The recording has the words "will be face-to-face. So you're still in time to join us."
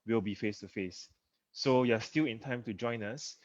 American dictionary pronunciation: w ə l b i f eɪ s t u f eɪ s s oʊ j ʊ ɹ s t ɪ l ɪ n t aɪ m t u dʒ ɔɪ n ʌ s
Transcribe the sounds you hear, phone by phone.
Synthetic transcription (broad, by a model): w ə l b i f eɪ s t u f eɪ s s oʊ j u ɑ s t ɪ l ɪ n t aɪ m t u dʒ ɔɪ n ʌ s